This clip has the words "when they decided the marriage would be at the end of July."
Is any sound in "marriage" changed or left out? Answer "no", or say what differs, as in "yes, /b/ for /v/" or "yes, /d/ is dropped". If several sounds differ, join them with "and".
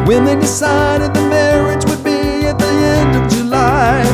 no